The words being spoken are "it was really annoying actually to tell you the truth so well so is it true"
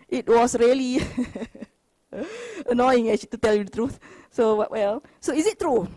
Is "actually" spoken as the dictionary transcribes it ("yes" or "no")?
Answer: no